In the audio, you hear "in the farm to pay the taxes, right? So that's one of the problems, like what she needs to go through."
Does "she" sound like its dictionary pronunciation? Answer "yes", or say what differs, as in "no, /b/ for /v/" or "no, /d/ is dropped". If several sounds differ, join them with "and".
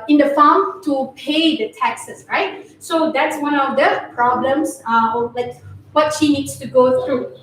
yes